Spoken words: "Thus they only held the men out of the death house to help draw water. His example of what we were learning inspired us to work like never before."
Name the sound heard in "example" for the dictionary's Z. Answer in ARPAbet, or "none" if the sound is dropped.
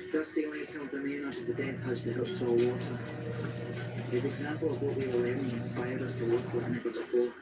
Z